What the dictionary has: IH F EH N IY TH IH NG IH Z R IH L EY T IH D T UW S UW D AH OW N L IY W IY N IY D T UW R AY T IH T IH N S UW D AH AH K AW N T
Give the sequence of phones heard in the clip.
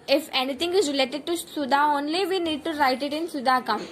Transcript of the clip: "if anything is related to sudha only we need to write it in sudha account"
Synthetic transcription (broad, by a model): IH F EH N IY T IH NG IH Z R IH L EY T IH D T UW S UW D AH OW N L IY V IY N IY D T UW R AY T IH T IH N S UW D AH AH K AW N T